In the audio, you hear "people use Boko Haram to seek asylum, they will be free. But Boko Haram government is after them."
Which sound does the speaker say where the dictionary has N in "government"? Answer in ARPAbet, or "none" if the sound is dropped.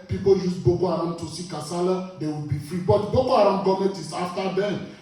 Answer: none